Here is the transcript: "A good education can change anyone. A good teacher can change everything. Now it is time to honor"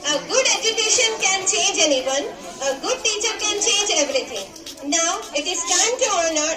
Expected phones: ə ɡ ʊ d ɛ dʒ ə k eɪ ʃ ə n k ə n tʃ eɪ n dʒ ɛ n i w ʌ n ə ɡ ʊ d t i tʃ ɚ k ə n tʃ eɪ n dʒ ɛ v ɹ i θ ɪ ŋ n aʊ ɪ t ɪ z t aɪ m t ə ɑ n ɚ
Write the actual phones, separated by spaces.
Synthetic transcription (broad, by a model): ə ɡ ʊ d ɛ dʒ ə k eɪ ʃ ə n k ə n tʃ eɪ n dʒ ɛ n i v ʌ n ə ɡ ʊ d t i tʃ ɚ k ə n tʃ eɪ n dʒ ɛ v ɹ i t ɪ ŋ n aʊ ɪ t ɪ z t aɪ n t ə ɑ n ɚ